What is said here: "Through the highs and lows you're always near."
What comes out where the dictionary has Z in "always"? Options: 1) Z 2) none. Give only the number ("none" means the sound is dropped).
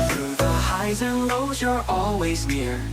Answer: 1